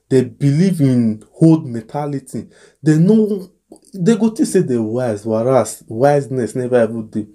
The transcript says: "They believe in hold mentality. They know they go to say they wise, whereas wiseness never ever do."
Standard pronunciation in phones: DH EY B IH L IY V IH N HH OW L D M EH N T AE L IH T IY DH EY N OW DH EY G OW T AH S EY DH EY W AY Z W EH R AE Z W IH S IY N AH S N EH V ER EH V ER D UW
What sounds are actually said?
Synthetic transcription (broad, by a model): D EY B IH L IY V IH N HH OW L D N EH T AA L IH T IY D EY N OW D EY G OW T AH S EY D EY W AY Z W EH R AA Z W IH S N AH S N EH V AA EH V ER D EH